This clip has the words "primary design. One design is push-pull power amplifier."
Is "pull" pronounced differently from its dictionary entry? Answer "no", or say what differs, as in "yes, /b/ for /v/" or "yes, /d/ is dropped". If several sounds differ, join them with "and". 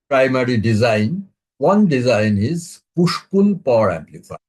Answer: yes, /n/ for /l/